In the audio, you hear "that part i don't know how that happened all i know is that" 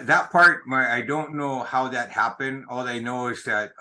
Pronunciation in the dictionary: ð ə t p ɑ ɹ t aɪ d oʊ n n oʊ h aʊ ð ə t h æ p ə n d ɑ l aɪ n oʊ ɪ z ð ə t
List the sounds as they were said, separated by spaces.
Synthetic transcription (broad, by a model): ð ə t p ɑ ɹ t aɪ d oʊ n n oʊ h aʊ ð ə t h æ p ə n d ɑ l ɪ n oʊ ɪ z ð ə t